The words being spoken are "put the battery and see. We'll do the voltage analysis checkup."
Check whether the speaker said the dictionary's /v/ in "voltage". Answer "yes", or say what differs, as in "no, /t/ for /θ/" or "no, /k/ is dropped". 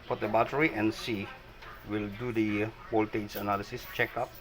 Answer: no, /b/ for /v/